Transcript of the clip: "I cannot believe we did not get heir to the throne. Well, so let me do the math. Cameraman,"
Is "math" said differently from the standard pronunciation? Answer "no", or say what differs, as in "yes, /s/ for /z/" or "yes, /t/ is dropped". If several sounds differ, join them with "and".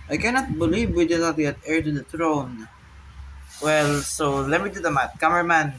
yes, /t/ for /θ/